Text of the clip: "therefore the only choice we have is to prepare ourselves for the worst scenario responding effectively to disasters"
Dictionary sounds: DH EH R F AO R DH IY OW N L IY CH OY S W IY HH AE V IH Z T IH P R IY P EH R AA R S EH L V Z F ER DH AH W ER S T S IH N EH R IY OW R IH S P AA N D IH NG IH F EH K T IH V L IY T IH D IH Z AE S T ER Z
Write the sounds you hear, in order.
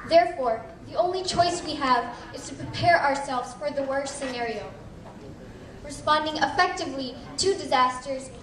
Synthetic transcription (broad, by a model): DH EH R F AO R DH IY OW N L IY CH OY S W IY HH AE V IH Z T IH P R IY P EH R AA R S EH L V Z F ER DH AH W ER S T S IH N EH R IY OW R IH S P AA N D IH NG IH F EH K T IH V L IY T IH D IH Z AE S T ER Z